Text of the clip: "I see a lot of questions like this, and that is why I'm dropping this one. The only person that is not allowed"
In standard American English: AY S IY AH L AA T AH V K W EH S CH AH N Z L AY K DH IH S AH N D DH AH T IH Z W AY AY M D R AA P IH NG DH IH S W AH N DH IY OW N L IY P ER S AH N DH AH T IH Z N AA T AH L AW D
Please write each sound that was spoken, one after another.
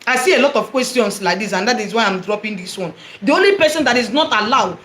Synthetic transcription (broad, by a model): AY S IY AH L AA T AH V K W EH S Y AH N S L AY K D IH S AH N D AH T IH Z W AY AY M D R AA P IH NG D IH S W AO N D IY OW N L IY P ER S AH N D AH T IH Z N AA T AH L AW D